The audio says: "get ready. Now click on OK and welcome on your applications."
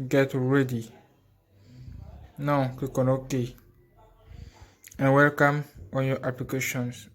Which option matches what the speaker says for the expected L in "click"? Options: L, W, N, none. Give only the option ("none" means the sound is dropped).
none